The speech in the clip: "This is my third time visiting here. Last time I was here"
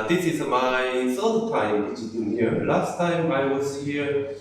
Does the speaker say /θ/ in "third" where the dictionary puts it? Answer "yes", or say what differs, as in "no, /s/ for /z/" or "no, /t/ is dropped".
no, /s/ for /θ/